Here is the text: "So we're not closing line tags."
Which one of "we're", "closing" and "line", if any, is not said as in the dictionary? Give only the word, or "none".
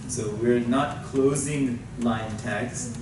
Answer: none